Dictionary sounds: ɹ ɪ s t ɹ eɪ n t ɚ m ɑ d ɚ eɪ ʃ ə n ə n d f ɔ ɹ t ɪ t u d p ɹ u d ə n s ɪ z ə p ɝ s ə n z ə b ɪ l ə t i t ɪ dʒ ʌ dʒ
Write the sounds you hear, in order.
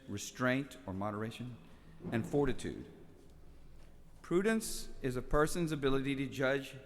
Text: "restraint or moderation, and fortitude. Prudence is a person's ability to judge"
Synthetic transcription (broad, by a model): ɹ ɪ s t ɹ eɪ n t ɚ m ɑ d ɚ eɪ ʃ ə n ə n f ɔ ɹ t ɪ t u d p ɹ u d n s ɪ z ə p ɝ s ə n z ə b ɪ l ə t i t ɪ dʒ ʌ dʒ